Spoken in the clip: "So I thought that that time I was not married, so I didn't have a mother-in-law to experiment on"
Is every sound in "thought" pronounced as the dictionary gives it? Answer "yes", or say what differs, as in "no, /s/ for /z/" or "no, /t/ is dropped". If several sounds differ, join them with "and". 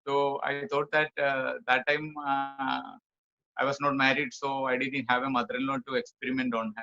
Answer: no, /t/ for /θ/